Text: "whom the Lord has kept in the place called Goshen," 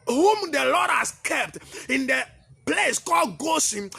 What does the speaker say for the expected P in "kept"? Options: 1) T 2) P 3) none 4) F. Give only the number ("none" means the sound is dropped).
2